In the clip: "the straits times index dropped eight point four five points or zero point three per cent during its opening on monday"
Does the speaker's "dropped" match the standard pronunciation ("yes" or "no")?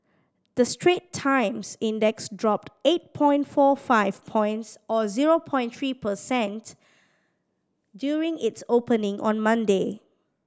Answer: yes